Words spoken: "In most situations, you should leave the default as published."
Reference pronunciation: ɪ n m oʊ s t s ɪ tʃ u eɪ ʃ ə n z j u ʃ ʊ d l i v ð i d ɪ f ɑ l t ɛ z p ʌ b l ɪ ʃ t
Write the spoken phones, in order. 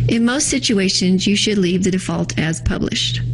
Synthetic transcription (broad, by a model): ɪ n m oʊ s t s ɪ tʃ u eɪ ʃ ə n z j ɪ ʃ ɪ d l i v ð i d ɪ f ɑ l t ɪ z p ʌ b l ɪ ʃ t